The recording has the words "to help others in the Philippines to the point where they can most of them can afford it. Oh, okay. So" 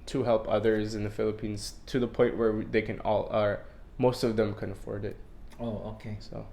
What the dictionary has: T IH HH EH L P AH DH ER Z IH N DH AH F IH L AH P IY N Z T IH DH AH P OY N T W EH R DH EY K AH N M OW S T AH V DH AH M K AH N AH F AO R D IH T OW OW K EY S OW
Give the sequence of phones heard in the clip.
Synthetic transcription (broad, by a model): T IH HH EH L P AH DH ER Z IH N DH AH F IH L AH P IY N Z T IH DH AH P OY N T W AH R DH EY K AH N M OW S T AH V DH AH M K AH N AH F AO R D IH T OW OW K EY S OW